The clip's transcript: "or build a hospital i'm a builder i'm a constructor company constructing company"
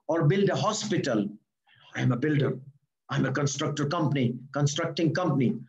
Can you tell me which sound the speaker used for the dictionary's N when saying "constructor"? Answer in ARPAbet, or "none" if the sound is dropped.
N